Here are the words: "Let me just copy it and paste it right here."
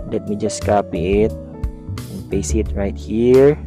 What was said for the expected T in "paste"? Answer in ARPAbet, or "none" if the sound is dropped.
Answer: none